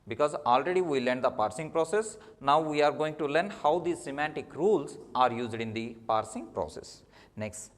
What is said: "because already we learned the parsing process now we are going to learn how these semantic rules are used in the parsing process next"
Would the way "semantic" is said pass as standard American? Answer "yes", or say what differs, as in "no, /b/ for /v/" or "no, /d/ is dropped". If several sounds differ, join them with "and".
yes